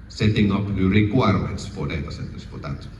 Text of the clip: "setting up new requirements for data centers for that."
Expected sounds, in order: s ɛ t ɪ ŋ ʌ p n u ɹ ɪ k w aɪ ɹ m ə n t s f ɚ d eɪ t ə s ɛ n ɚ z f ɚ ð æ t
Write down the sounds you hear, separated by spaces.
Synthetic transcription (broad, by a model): s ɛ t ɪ ŋ ʌ p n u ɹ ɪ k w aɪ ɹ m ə t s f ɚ d eɪ t ə s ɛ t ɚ s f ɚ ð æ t